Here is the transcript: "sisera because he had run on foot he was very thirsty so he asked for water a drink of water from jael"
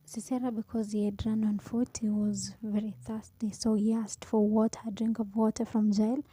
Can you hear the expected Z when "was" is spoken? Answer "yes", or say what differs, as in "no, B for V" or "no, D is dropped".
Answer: yes